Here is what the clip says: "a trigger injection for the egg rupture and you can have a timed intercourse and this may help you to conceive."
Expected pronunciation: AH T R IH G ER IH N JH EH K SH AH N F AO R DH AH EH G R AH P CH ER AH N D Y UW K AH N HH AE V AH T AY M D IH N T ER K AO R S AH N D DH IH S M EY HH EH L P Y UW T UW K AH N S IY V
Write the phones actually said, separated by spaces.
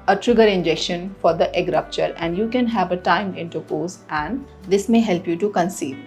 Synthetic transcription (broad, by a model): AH T R IH G ER IH N JH EH K SH AH N F AO R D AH EH G R AH P CH ER AH N D Y UW K AH N HH AE V AH T AY M IH N T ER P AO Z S AH N D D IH S M EY HH EH L P Y UW T UW K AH N S IY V